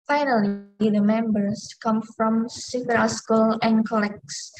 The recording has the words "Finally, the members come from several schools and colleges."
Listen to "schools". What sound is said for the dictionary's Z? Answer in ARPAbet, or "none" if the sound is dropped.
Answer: none